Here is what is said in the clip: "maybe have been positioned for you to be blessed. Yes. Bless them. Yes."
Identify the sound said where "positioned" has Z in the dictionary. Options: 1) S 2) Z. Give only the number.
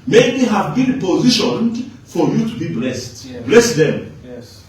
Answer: 2